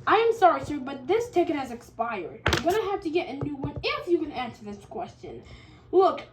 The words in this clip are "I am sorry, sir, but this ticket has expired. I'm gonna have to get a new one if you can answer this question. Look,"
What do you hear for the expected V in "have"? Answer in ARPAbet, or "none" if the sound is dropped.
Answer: F